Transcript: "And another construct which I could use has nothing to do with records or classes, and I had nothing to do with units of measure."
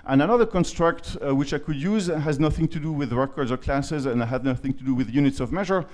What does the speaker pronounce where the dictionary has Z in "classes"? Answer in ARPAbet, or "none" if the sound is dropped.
Z